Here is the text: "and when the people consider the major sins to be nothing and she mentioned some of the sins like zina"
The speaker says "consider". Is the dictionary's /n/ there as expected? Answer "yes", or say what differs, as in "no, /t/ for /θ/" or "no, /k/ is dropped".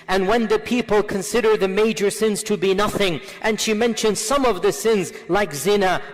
yes